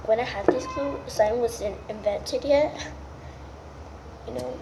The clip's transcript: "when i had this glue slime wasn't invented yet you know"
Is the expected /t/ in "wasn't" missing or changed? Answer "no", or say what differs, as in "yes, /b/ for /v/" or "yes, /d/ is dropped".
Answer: yes, /t/ is dropped